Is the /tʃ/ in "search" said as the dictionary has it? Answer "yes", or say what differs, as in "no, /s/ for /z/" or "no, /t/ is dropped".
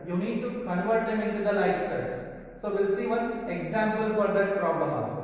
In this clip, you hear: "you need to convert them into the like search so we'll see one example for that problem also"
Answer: no, /s/ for /tʃ/